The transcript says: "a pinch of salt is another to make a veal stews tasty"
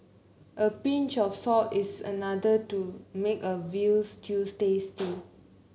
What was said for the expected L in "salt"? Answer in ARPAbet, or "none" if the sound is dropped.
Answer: none